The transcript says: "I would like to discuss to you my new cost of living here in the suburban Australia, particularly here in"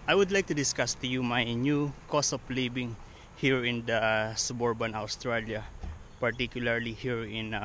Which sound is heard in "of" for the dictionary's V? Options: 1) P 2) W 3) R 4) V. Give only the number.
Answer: 1